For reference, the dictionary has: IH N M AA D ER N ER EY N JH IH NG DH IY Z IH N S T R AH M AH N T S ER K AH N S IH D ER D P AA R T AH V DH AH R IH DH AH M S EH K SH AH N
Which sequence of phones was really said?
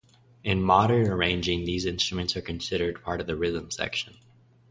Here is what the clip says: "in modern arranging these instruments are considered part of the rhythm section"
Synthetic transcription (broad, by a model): IH N M AA D ER N ER EY N JH IH NG DH IY Z IH N S T R AH M AH N T S ER K AH N S IH D ER D P AA R T AH V DH AH R IH DH AH M S EH K SH AH N